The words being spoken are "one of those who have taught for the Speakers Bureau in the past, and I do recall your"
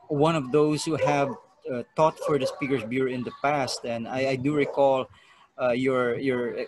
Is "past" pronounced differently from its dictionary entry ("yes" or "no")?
no